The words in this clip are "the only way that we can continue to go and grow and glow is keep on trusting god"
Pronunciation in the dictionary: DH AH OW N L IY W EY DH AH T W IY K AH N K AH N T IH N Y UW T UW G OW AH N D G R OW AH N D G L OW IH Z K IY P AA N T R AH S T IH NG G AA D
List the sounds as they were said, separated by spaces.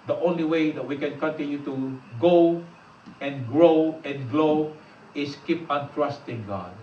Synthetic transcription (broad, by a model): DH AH OW N L IY W EY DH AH T W IY K AH N K AH N T IH N Y UW T UW G OW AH N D G R OW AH N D G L OW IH S K IY P AA N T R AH S T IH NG G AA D